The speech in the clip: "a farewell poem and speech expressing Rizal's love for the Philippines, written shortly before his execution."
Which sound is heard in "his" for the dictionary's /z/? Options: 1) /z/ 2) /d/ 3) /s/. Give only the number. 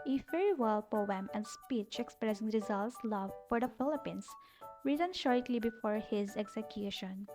1